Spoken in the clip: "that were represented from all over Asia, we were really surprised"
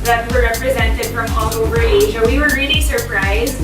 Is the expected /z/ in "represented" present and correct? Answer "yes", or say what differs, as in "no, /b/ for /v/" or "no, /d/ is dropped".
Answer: yes